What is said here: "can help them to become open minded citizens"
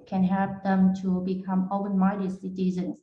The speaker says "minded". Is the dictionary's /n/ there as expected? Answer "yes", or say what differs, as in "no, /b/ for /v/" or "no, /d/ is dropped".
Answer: no, /n/ is dropped